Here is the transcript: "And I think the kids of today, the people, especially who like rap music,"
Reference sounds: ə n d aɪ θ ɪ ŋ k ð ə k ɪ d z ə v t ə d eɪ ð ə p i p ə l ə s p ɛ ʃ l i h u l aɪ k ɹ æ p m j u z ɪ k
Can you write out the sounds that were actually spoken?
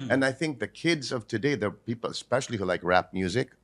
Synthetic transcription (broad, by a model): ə n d aɪ θ ɪ ŋ k ð ə k ɪ d z ə v t ə d eɪ ð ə p i p l ə s p ɛ ʃ l i h u l aɪ k ɹ æ p m j u z ɪ k